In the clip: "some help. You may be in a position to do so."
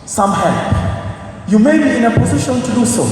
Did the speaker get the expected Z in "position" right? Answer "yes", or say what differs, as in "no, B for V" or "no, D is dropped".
yes